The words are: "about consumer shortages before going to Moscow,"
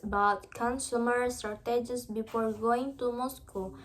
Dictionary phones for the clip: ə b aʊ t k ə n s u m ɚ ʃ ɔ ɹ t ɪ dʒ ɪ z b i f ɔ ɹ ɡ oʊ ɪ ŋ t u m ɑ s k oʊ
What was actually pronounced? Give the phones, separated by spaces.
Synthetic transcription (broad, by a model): b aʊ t k ə n s u m ɚ s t ɹ t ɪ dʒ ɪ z b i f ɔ ɹ ɡ oʊ ɪ ŋ t u m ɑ s k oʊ